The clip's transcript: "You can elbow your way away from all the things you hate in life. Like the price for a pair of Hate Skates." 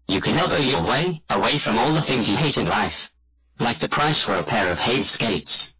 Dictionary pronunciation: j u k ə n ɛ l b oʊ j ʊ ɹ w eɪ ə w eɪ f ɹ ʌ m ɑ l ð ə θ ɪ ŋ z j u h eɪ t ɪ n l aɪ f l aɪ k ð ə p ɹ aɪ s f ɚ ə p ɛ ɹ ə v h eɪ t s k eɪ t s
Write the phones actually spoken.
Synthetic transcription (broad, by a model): j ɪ k ə n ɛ b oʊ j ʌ l w eɪ ə w eɪ f ɹ ʌ m ɑ l ð ə θ ɪ ŋ z j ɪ h eɪ t ɪ n l aɪ f l aɪ k ð ə p ɹ aɪ s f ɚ ə p ɛ ɹ ə v h eɪ t s k eɪ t s